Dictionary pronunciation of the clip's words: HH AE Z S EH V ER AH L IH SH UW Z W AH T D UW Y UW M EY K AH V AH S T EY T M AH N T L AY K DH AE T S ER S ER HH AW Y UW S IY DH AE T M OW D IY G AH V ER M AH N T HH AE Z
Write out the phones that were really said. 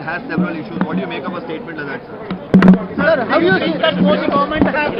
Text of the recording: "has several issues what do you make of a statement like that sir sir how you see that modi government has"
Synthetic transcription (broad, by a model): HH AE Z S EH V ER AH L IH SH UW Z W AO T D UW Y UW M EY K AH P AH S T EY T M AH N T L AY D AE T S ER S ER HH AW Y UW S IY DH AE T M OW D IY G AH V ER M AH N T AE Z